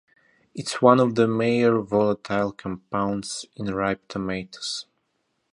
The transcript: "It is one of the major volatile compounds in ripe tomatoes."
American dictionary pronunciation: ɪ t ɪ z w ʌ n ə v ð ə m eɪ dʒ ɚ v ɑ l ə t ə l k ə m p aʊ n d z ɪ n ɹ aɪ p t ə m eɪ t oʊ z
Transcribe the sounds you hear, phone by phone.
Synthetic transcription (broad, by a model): ɪ t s w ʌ n ə v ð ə m eɪ ɚ v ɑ l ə t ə l k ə m p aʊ n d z ɪ n ɹ aɪ p t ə m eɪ t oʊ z